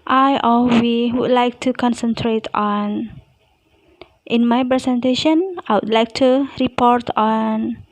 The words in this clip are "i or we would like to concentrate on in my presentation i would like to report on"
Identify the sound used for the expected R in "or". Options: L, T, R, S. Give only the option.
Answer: L